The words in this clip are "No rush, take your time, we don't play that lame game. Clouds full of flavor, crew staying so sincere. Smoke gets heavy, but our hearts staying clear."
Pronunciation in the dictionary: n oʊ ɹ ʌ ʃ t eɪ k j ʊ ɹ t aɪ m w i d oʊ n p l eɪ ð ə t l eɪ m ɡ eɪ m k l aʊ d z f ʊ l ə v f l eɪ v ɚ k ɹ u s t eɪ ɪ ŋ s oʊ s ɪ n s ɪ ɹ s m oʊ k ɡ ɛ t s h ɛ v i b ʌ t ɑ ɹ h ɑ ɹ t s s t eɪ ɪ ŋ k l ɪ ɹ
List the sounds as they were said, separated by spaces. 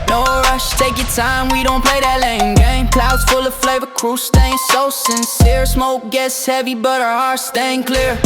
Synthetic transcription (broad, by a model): n oʊ ɹ ʌ ʃ t eɪ k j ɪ t aɪ m w i d oʊ n p l eɪ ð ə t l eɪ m ɡ eɪ m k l aʊ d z f ʊ l ə v f l eɪ v ɚ k ɹ u s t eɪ ɪ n s oʊ s ɪ n s ɪ ɹ s m oʊ k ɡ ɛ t s h ɛ v i b ʌ t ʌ ɹ h ɑ ɹ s s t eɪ ɪ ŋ k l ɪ ɹ